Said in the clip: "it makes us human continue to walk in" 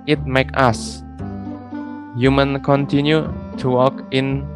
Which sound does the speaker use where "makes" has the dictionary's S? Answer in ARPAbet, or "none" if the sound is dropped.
none